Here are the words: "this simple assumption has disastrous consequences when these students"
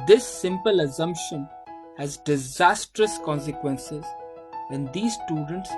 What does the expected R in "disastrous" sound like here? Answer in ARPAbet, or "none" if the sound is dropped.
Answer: R